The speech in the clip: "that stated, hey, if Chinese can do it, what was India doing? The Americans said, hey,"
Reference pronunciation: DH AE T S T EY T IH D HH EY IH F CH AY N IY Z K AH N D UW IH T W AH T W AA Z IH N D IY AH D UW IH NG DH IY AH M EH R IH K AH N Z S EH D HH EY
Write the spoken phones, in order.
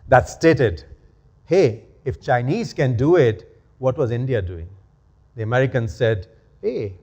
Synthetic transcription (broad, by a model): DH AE T S T EY T IH D HH EY IH F CH AY N IY Z K AH N D UW IH T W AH T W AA Z IH N D IY AH D UW IH NG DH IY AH M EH R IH K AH N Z S EH D HH EY